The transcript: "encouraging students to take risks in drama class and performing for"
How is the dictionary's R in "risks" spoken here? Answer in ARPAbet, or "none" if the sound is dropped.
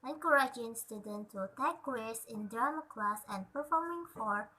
W